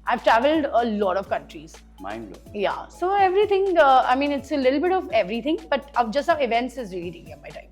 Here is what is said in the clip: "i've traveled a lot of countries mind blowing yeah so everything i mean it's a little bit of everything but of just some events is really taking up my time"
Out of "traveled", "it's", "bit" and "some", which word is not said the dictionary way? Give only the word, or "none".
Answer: some